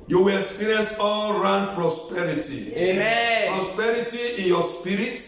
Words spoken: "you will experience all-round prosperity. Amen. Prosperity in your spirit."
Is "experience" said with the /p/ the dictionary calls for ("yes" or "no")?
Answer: no